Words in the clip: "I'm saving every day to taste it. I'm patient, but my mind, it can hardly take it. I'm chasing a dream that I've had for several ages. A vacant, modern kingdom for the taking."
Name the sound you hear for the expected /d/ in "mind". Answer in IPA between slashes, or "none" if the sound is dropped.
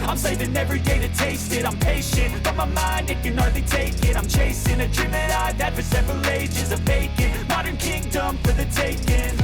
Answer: /d/